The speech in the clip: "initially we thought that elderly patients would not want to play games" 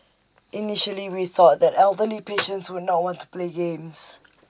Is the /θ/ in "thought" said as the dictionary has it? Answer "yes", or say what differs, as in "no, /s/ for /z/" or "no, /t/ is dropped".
yes